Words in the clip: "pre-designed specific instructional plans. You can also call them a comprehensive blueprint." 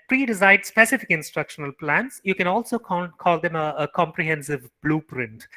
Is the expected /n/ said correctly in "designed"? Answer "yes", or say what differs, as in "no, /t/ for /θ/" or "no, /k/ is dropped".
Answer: no, /n/ is dropped